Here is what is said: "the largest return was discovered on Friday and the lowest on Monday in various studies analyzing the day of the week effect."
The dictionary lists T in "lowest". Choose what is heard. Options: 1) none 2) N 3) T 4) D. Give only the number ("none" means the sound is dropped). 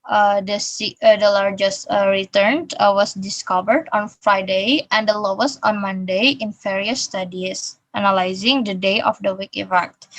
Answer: 1